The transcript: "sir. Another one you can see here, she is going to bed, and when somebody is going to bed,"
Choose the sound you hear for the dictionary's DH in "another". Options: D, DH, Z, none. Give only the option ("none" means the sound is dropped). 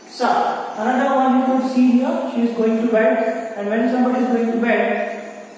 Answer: none